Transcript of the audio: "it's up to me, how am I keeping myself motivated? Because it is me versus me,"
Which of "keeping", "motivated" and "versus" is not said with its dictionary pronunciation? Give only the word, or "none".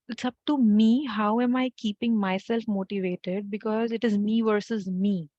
none